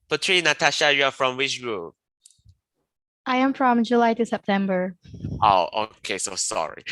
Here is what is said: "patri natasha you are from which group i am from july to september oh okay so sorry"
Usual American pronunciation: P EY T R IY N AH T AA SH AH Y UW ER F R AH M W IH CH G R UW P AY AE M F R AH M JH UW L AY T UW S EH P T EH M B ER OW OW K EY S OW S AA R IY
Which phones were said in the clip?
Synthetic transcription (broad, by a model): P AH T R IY N AH T AA SH AH Y UW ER F R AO M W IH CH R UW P AY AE M F R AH M JH UW L AY T UW S EH P T EH M B ER OW OW K EY S OW S AA R IY